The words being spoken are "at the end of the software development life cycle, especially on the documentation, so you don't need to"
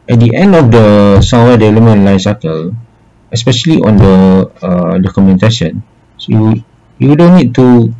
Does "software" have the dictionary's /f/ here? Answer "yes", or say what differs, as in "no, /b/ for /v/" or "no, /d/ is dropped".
no, /f/ is dropped